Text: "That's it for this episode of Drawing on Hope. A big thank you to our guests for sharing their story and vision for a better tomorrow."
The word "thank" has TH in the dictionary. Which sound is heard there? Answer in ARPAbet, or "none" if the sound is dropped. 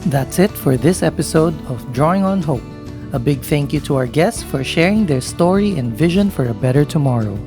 TH